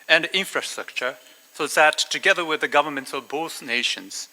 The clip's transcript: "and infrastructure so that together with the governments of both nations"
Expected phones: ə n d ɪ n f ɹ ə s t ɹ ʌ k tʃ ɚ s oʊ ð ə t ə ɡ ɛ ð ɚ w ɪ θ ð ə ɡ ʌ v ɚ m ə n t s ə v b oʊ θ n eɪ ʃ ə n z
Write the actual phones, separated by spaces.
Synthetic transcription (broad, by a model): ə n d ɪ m f ɹ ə s t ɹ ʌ k tʃ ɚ s oʊ ð ə t ə ɡ ɛ ð ɚ w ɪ ð ə ɡ ʌ v ɚ m ə n t s ə v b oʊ s n eɪ ʃ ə n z